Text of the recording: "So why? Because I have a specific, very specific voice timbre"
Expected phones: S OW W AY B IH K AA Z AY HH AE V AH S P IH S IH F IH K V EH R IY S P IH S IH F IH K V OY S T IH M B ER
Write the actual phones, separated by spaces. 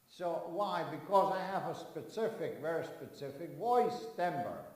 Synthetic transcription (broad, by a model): S OW W AY B IH K AA Z AY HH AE V AH S P IH S IH F IH K V EH R IY S P IH S IH F IH K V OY S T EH M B ER